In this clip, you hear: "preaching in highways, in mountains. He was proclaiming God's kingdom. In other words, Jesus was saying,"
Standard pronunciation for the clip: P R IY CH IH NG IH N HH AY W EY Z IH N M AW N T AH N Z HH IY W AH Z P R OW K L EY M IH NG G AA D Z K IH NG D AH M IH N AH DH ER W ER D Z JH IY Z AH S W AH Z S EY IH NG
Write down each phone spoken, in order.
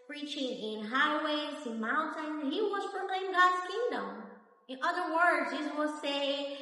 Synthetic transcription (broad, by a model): P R IY CH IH NG IH N HH AY W EY Z IH N M AW N T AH N HH IY W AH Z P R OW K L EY IH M G AA D Z K IH NG D AH M IH N AH DH ER W ER D Z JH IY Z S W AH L S EY IH